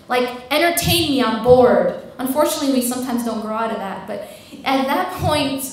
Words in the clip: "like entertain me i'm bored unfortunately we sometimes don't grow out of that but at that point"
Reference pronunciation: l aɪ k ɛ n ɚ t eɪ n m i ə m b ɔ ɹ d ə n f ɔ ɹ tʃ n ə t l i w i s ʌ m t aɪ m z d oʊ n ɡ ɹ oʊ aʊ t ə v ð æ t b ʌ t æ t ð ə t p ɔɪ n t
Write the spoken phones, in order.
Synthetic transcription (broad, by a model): l aɪ k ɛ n ɚ t eɪ n m i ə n b ɔ ɹ d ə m f ɔ ɹ tʃ n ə t l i w i s ʌ m t aɪ m z d oʊ n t ɹ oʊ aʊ t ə ð æ t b ʌ t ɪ t ð ə t p ɔɪ n t